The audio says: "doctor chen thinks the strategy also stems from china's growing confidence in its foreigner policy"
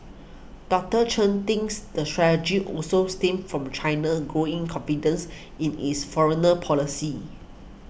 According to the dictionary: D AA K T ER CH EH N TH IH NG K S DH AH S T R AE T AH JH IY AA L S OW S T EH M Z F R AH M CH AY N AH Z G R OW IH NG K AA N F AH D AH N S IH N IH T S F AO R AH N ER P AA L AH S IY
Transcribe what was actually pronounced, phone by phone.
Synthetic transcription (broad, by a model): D AA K T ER CH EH N T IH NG S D AH S T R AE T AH JH IY AA L S OW S T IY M F R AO M CH AY N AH G R OW IH NG K AA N F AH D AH N S IH N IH S F AO R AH N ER P AA L AH S IY